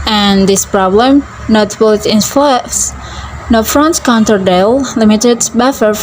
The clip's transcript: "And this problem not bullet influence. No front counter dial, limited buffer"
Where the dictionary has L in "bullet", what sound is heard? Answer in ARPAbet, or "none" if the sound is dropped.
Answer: none